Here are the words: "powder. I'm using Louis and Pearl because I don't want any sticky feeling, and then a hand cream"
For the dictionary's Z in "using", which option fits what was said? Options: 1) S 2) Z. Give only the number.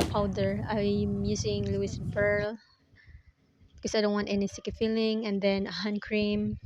1